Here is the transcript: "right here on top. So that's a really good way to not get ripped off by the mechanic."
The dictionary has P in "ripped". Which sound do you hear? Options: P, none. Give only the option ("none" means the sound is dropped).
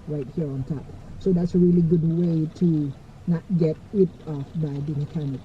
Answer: none